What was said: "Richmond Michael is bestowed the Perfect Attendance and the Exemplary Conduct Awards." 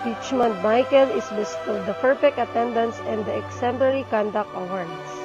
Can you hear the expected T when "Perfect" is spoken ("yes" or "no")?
no